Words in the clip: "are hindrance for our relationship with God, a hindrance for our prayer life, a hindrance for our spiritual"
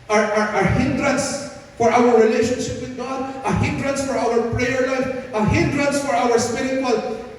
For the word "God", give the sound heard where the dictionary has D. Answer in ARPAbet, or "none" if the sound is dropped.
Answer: D